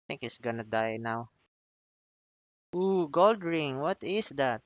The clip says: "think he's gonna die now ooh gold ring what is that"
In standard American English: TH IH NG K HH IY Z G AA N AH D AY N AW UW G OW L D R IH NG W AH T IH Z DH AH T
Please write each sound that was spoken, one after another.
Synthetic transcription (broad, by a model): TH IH NG K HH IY S G AA N AH D AY N AW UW G OW L D R IH NG W AH T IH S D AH T